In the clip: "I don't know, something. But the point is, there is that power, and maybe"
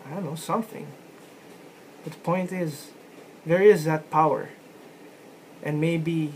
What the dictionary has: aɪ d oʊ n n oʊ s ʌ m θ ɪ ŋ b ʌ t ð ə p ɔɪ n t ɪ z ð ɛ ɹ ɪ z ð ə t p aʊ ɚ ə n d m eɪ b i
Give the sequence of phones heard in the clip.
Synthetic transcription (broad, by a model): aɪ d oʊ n n oʊ s ʌ m θ ɪ ŋ b ʌ t ð ə p ɔɪ n t ɪ z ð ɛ ɹ ɪ z ð ə t p aʊ ɚ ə n m eɪ b i